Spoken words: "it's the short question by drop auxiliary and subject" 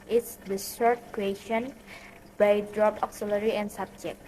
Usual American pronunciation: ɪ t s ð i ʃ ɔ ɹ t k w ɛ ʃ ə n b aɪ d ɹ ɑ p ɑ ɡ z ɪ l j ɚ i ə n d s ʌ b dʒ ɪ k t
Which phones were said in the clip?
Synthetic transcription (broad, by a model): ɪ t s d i s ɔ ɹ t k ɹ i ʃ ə n b aɪ d ɹ ɑ p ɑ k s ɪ l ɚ i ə n s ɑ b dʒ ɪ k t